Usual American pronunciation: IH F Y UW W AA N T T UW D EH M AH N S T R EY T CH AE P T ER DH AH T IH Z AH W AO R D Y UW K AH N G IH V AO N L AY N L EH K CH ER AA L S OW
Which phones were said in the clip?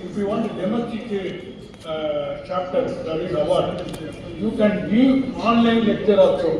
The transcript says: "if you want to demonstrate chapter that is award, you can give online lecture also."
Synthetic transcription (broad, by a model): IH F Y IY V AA N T T UW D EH M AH S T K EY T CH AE P T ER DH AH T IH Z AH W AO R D Y UW K AH N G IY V AO N L AY N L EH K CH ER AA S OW